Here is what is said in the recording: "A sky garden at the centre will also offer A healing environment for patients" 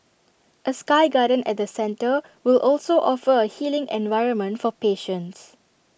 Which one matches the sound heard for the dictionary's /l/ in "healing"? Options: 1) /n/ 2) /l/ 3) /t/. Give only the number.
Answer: 2